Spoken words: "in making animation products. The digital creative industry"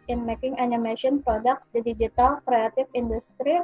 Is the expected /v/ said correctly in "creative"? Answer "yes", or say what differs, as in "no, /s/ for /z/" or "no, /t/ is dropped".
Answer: no, /f/ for /v/